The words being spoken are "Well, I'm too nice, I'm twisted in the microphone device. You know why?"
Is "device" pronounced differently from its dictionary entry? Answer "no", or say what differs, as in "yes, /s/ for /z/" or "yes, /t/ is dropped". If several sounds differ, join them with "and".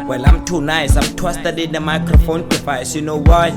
yes, /f/ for /v/